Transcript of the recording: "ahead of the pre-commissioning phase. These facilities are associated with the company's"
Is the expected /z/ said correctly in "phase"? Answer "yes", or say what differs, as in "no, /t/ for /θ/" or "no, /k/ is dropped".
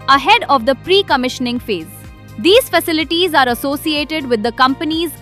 yes